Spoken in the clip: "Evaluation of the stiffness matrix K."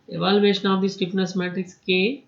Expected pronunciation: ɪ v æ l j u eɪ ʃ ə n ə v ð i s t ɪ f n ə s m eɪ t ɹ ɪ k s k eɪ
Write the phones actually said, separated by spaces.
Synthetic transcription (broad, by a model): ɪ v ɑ l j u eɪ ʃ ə n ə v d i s t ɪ p n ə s m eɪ t ɹ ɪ k s k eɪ